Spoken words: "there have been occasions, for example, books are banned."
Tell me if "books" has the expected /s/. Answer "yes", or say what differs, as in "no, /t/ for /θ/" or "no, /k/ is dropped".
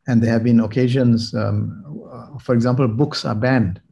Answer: yes